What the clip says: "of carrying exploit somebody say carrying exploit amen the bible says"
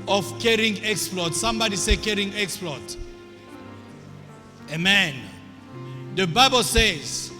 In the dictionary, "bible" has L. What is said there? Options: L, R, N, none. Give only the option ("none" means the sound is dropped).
L